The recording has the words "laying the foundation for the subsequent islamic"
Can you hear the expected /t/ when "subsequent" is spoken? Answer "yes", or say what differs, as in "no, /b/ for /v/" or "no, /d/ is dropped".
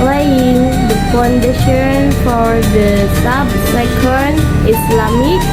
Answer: no, /t/ is dropped